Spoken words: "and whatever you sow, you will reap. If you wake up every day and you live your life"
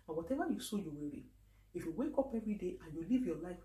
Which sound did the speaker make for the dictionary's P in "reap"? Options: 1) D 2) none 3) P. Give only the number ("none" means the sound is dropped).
2